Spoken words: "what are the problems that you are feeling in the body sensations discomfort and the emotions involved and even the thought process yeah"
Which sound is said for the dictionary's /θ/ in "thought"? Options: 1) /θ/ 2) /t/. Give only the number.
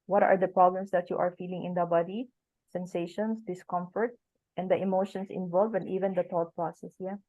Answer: 2